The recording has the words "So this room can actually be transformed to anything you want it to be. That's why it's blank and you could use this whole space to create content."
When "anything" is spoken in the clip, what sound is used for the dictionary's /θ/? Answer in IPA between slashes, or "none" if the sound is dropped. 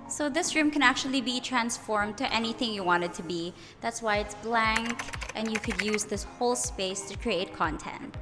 /θ/